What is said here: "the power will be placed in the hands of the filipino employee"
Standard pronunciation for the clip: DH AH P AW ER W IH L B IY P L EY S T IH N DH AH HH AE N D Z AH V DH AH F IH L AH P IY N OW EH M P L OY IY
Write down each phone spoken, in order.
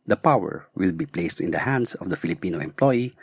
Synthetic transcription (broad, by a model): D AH P AW ER W IH L B IY P L EY S T IH N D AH HH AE N D S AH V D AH F IH L AH P IY N OW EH M P L OY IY